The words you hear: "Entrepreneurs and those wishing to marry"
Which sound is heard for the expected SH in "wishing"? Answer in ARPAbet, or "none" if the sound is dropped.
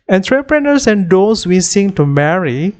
S